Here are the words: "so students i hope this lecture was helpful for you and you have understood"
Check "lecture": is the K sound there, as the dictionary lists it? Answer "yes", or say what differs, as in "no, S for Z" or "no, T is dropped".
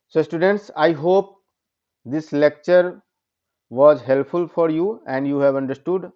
yes